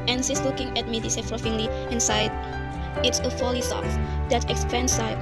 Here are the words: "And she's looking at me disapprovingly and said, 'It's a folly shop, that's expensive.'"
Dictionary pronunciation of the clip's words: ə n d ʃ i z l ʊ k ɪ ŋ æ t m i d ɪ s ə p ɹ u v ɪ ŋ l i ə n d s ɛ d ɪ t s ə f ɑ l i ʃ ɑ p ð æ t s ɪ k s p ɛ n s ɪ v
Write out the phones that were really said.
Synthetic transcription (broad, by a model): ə n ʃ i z l ʊ k ɪ ŋ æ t m i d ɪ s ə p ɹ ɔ f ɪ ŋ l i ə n s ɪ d ɪ t s ə f ɑ l i s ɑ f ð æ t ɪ k s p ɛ n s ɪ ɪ